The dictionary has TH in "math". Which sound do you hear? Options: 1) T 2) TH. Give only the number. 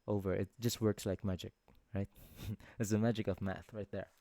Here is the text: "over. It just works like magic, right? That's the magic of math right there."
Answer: 2